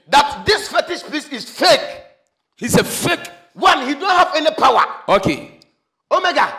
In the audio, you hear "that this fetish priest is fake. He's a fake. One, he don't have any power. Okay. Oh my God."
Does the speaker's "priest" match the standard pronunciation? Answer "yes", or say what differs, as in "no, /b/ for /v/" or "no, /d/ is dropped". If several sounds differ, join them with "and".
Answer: no, /ɹ/ is dropped and /t/ is dropped